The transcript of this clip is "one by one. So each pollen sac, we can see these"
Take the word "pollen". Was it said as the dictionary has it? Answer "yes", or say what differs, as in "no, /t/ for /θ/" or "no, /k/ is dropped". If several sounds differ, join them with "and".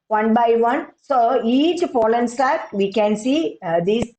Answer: no, /f/ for /p/